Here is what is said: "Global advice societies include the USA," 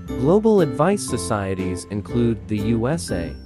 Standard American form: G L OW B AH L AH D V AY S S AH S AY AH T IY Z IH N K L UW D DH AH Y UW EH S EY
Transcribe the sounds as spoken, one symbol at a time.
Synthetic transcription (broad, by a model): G L OW B L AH D V AY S S AH S AY AH T IY Z IH N K L UW D DH AH Y UW EH S EY